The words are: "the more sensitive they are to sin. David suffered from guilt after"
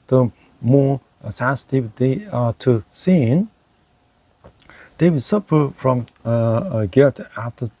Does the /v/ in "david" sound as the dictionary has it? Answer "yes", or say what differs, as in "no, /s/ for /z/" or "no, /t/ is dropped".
no, /w/ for /v/